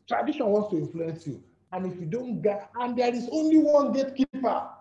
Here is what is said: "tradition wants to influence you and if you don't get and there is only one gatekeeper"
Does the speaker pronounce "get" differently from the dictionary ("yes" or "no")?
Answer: yes